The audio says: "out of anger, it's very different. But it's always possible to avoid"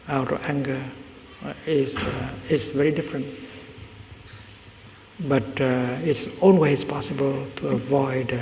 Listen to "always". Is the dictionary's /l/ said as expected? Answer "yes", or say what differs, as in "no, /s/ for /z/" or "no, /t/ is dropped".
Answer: no, /n/ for /l/